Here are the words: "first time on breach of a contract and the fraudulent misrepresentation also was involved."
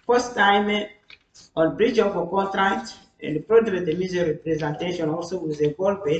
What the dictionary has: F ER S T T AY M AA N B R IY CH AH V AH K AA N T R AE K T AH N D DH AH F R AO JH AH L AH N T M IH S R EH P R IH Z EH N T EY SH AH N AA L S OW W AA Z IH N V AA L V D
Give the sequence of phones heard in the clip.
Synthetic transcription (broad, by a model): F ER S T T AY M AA N B R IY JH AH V AH K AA N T R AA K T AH N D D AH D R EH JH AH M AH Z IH R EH P R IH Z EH N T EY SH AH N AA L S OW W AA Z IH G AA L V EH